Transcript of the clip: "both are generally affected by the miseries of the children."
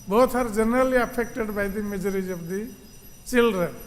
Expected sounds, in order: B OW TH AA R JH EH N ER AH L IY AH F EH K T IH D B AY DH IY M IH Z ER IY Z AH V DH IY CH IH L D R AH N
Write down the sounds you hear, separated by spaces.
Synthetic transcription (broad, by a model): B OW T AA R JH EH N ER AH L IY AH P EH K T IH D B AY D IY M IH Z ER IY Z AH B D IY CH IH L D R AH